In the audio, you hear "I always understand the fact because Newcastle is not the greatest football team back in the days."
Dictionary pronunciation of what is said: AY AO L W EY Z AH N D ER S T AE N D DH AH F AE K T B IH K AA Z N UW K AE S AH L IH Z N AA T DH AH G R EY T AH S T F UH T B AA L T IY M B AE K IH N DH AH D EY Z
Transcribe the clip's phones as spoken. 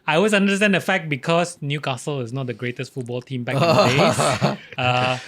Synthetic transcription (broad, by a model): AY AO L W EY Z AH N D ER S T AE N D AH F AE K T B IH K AA S N UW K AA S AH L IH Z N AA T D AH G R EY T AH S T F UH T B AA L T IY M B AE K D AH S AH